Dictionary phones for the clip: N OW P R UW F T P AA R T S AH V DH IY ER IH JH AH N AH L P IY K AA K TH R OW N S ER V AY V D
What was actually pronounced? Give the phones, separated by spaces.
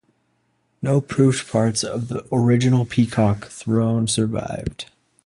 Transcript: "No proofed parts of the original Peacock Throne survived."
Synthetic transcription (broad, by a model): N OW P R UW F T P AA R T S AH V DH IY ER IH JH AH N L P IY K AA K TH R OW N S ER V AY V D